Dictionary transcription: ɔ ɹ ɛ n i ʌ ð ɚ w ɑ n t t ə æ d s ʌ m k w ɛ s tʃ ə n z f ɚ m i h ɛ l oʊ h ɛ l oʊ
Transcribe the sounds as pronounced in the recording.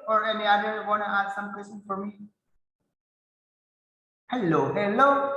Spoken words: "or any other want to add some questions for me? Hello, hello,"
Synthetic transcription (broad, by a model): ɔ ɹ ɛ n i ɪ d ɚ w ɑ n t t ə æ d s ʌ m k w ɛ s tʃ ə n f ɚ m i h ɛ l oʊ h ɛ l oʊ